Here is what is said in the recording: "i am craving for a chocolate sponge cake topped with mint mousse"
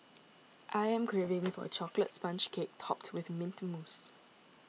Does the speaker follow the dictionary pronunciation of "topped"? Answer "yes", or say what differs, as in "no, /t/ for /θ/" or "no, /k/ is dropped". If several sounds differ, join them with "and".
yes